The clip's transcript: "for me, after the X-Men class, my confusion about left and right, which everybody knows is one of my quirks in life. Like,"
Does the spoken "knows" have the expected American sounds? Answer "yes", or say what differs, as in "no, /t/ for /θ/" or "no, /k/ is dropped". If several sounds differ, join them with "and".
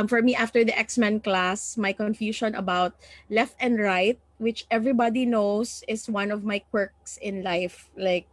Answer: no, /s/ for /z/